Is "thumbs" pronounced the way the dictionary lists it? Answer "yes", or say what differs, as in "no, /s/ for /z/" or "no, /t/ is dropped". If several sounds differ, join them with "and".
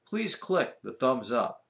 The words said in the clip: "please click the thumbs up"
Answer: yes